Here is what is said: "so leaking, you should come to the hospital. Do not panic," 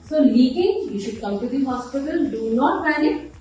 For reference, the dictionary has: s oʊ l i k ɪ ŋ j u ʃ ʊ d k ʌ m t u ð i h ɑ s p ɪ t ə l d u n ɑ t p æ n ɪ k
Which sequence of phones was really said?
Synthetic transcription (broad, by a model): s oʊ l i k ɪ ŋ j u ʃ ʊ d k ʌ m t u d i h ɑ s p ɪ t ə l d u n ɑ t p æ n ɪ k